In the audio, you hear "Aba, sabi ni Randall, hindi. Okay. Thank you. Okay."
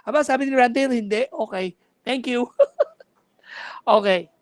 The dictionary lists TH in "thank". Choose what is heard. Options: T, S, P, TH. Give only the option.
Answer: T